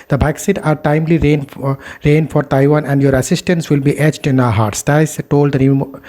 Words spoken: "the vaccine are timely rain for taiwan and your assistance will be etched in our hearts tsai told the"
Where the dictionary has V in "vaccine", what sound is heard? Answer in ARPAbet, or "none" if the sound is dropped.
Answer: B